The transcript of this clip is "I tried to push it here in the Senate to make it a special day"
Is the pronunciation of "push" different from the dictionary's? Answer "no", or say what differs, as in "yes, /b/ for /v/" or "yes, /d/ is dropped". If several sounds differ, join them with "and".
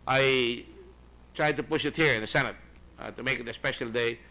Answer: no